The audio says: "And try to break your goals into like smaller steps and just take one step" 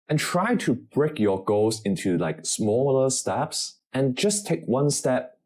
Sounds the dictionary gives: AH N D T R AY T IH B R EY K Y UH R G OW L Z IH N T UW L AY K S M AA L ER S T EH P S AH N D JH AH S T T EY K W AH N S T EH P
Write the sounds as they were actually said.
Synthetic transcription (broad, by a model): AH N T R AY T IH B R EY K Y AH R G OW Z IH N T UW L AY K S M AA L ER S T EH P S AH N JH AH S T T EY K W AH N S T EH P